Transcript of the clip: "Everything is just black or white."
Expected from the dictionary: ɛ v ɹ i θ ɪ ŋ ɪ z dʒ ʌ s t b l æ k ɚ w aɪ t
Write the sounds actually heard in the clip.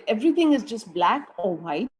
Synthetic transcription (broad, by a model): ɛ v ɹ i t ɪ ŋ ɪ z dʒ ʌ s t b l æ k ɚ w aɪ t